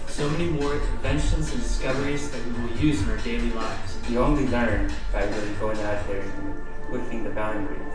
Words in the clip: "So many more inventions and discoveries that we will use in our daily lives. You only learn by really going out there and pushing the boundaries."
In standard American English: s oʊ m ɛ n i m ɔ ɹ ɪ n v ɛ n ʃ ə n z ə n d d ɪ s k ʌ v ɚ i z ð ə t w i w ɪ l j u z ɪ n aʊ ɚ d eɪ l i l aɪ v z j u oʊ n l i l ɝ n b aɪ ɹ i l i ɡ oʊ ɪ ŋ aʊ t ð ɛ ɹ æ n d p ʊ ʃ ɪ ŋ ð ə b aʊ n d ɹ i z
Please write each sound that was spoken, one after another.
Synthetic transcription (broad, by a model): s oʊ m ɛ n i m ɔ ɹ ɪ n v ɛ n ʃ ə n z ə n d d ɪ s k ʌ v ɚ i z ð ə t w i w ɪ l j u z ɪ n aʊ ɚ d eɪ l i l aɪ v z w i oʊ n l i l ɝ n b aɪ w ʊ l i ɡ oʊ ɪ ŋ aʊ t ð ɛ ɹ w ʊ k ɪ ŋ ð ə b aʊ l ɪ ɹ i